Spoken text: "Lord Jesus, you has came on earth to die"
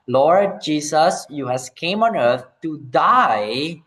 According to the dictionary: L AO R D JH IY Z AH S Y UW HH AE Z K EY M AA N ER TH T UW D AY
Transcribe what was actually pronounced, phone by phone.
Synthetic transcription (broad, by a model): L AO R D JH IY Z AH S Y UW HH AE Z K EY M AA N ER T T UW D AY